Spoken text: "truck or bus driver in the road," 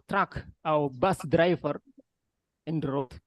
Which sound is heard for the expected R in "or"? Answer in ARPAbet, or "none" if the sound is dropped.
W